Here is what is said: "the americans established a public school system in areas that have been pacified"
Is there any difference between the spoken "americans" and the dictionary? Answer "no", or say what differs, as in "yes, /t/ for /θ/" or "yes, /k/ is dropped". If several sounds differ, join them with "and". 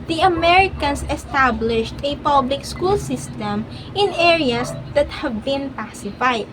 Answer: yes, /s/ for /z/